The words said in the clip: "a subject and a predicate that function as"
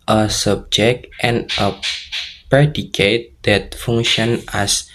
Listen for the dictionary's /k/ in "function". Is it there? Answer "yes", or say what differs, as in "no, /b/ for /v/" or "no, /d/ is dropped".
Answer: no, /k/ is dropped